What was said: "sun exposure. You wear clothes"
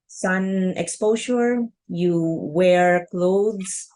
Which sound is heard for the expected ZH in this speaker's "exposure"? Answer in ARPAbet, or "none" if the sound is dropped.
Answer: SH